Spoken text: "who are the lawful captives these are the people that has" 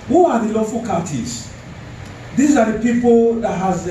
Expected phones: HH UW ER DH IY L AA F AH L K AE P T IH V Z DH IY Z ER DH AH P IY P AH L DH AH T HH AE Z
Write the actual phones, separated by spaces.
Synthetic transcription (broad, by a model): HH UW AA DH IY L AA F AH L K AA T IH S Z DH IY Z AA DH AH P IY P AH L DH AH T HH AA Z